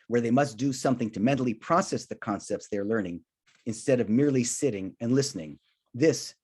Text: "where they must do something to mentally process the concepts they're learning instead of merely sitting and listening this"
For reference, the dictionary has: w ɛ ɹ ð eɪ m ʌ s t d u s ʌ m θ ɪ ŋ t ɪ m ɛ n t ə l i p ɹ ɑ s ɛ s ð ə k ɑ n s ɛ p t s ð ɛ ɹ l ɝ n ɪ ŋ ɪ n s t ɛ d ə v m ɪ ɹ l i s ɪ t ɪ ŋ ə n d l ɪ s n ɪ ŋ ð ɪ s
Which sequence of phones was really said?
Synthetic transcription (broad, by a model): w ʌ ɹ ð eɪ m ʌ s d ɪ s ʌ m θ ɪ ŋ t ɪ m ɛ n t l i p ɹ ɑ s ɛ s ð ə k ɑ n s ɛ p t s ð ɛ ɹ l ɝ n ɪ ŋ ɪ n s t ɛ d ə v m ɪ ɹ l i s ɪ t ɪ ŋ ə n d l ɪ s n ɪ ŋ ð ɪ s